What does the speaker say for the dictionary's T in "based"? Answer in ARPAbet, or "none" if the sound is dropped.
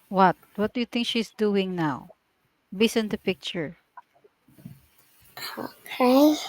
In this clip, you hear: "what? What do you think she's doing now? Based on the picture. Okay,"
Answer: none